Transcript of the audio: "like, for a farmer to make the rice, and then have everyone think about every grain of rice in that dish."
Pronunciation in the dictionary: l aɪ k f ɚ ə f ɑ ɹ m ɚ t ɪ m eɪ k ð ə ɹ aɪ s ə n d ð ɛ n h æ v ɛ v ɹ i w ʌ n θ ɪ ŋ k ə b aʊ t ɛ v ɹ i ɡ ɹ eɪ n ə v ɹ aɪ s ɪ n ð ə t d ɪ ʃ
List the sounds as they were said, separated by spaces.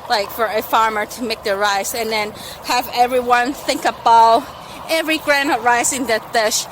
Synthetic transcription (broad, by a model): l aɪ k f ɚ ə f ɑ ɹ m ɚ t ɪ m eɪ k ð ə ɹ aɪ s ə n ð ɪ n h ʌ v ɛ v ɹ i w ʌ n θ ɪ ŋ k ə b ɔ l ɛ v ɹ i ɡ ɹ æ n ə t ɹ aɪ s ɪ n ð ə t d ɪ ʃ